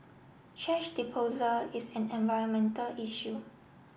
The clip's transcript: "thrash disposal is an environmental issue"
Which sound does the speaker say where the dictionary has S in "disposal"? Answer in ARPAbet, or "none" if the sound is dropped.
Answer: none